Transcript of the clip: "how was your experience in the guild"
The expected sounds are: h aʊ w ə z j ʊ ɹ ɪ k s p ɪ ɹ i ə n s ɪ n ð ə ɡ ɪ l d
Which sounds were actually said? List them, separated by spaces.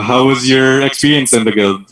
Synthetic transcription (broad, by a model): h aʊ w ə z j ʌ ɹ ɪ k s p ɪ ɹ i ə n s ɪ n ð ə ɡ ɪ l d